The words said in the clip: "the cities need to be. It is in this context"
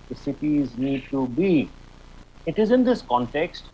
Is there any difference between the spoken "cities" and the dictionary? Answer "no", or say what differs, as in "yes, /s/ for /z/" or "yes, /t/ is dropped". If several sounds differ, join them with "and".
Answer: no